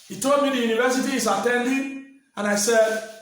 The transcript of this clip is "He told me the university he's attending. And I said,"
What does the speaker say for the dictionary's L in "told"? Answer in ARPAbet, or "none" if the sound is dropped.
L